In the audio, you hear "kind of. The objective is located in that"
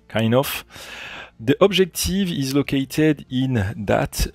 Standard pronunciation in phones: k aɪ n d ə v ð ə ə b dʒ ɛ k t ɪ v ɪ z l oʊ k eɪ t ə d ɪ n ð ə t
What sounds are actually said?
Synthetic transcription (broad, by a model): k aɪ n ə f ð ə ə b ʒ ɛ k t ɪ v ɪ z l oʊ k eɪ t ə d ɪ n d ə t